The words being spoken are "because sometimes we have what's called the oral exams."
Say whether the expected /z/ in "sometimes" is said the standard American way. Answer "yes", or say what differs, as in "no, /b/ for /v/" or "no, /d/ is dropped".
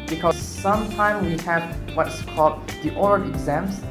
no, /z/ is dropped